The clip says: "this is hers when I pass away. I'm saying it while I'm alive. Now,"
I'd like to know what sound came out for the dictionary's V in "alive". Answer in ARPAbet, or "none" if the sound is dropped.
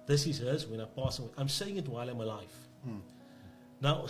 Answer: F